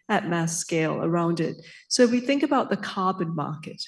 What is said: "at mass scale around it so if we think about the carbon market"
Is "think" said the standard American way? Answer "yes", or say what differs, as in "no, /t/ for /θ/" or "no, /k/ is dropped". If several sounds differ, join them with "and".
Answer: yes